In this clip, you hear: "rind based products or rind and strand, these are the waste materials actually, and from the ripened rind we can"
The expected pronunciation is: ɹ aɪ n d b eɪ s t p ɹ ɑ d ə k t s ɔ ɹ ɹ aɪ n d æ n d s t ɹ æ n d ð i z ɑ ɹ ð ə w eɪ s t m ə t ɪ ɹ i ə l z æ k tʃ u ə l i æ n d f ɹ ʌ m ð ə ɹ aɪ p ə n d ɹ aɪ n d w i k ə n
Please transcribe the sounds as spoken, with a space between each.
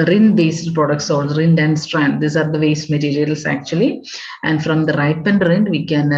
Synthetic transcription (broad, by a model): ɹ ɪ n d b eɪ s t p ɹ ɑ d ə k t s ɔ l ɹ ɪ n d æ n d s t ɹ æ n d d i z ɑ ɹ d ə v eɪ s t m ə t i ɹ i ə l s æ k tʃ u ə l i æ n d f ɹ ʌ m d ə ɹ aɪ p ə n d ɹ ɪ n d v i k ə n